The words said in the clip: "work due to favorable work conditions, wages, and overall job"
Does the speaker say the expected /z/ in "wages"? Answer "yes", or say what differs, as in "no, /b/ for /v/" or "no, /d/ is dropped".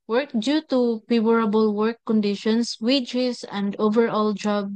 no, /s/ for /z/